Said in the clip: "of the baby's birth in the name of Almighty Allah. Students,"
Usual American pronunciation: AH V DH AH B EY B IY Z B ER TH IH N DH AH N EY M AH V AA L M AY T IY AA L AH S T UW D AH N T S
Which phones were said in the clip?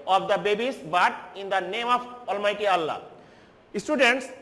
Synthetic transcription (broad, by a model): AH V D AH B EY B IY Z B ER T IH N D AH N EY M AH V AA L M AY T IY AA L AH S T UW D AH N T S